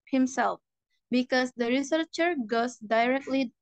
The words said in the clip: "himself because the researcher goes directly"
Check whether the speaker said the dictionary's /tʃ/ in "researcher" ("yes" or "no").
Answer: yes